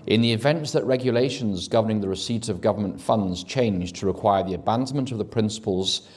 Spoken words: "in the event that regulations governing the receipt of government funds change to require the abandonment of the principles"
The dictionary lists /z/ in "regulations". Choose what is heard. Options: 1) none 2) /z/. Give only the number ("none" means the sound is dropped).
2